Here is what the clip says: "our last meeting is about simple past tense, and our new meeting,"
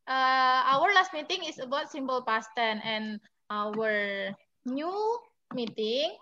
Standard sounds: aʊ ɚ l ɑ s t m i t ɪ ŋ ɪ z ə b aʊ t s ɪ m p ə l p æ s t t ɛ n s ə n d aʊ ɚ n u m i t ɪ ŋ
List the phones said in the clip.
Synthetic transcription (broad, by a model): aʊ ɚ l ɑ s t m i t ɪ ŋ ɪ s ə b aʊ t s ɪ m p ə l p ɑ s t t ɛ n ə n aʊ ɚ n u m i t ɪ ŋ